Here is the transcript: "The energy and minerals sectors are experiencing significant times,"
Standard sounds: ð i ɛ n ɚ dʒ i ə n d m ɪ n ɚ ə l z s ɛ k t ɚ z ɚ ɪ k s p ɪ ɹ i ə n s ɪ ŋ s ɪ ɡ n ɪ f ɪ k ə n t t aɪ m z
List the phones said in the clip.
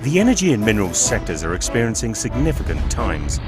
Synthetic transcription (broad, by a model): ð i ɛ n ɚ dʒ i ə n m ɪ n ɚ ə l s ɛ k t ɚ z ɚ ɪ k s p ɪ ɹ i ə n s ɪ ŋ s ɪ ɡ n ɪ f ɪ k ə n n t aɪ m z